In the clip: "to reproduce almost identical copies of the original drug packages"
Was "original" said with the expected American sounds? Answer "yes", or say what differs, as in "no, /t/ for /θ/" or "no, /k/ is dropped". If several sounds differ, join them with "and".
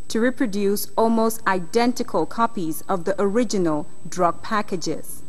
yes